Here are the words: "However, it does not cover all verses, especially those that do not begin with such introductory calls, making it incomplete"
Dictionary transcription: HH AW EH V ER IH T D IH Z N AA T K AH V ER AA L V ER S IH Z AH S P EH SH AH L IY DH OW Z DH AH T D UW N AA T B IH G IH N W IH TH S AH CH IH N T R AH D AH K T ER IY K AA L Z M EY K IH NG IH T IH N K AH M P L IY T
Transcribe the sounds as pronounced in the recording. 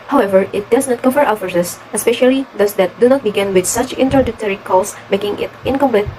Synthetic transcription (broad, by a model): HH AW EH V ER IH T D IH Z N AA T K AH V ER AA W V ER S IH S AH S P EH SH AH L IY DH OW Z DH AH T D UW N AA T B IH G IH N W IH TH S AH CH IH N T R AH D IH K T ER IY K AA L S M EY K IH NG IH T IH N K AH M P L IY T